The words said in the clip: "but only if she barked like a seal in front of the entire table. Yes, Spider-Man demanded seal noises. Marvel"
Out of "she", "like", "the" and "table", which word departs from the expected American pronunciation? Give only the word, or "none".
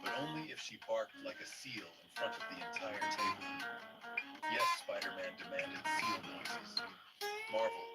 table